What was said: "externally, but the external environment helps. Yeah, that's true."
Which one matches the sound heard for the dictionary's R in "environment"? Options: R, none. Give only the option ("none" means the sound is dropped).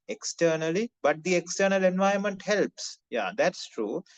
none